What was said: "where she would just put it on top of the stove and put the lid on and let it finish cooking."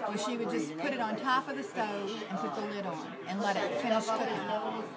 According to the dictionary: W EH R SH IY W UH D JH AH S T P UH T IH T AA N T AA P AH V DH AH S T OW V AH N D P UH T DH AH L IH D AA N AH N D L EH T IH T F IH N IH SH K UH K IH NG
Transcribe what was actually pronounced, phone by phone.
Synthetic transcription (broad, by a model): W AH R SH IY W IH D JH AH S P UH T IH T N T AA P AH V DH AH S T OW V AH N P UH T DH AH L IH D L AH N L EH T IH T F IH N IH SH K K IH